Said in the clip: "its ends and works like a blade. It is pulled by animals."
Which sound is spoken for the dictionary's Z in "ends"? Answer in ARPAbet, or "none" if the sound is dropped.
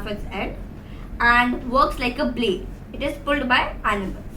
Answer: none